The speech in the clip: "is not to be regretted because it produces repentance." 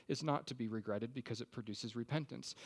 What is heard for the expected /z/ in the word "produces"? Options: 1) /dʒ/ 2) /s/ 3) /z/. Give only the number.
3